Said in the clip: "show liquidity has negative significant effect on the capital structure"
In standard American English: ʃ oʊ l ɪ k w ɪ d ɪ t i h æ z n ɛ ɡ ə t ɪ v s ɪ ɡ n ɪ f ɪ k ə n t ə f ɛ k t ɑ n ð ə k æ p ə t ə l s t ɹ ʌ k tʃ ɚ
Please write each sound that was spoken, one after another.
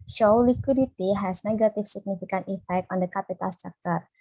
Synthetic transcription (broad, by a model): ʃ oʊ l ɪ k w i d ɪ t i h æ s n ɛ ɡ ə t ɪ f s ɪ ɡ n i f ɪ k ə n t ə f ɛ k t ɑ n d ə k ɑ p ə t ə l s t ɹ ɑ k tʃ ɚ